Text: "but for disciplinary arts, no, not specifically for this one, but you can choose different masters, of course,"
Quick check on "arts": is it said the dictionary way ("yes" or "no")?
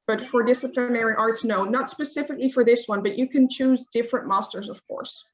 yes